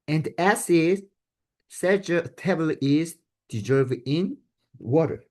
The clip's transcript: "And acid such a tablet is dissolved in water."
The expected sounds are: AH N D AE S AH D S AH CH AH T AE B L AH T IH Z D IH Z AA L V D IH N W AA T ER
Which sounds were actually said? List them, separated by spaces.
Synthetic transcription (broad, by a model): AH N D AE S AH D S AH CH AH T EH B AH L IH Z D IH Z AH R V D IH N W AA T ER